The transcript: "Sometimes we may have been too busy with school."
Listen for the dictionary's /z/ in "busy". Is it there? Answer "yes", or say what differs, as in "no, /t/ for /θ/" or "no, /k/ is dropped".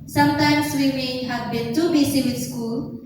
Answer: no, /s/ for /z/